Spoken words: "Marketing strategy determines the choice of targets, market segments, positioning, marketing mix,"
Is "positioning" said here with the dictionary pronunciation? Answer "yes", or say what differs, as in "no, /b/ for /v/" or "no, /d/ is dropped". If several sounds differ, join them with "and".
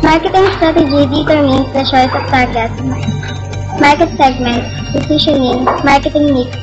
no, /s/ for /z/